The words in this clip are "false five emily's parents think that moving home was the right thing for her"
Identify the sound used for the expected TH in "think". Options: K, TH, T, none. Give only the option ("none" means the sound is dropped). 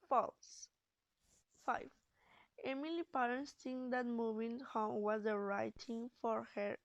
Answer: T